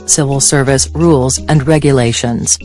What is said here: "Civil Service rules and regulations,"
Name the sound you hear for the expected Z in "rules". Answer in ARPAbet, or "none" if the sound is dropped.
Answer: Z